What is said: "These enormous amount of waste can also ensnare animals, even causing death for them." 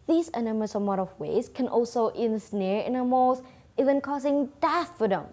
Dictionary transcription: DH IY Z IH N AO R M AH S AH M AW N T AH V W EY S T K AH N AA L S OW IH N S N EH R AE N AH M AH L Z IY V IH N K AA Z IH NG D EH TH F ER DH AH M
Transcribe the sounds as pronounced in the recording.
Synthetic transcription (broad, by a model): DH IY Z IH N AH M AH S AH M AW T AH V W EY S K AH N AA L S OW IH N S N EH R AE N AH M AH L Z IY V IH N K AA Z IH NG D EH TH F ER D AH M